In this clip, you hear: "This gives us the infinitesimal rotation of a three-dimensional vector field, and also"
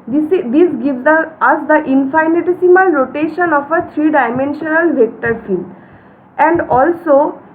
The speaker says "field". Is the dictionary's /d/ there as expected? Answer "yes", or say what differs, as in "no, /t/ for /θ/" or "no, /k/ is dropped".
no, /d/ is dropped